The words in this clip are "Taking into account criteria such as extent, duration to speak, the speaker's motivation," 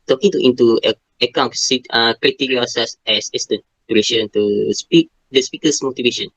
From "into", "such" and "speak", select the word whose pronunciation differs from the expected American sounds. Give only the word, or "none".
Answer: such